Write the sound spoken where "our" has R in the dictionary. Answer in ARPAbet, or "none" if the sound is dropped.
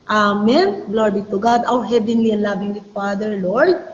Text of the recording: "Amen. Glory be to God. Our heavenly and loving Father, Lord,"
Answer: W